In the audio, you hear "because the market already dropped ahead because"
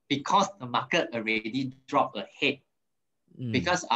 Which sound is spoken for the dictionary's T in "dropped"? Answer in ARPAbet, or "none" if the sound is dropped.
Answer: none